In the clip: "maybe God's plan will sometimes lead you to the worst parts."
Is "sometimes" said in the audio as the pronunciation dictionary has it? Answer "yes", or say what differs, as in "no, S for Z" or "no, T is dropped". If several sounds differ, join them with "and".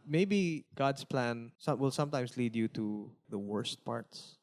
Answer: no, S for Z